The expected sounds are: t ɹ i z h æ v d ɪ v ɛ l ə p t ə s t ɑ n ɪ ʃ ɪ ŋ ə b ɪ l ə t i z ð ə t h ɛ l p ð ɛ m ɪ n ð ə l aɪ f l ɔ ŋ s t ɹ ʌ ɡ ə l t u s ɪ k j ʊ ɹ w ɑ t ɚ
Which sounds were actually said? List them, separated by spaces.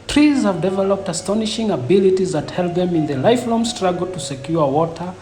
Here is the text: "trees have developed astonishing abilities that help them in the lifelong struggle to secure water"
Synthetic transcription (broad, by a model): t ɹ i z h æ v d ɪ v ɛ l ə p t ə s t ɑ n ɪ ʃ ɪ ŋ ə b ɪ l ə t i z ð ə t h ɛ l p ð ɛ m ɪ n ð ə l aɪ f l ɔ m s t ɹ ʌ ɡ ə l t u s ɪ k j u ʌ w ɑ t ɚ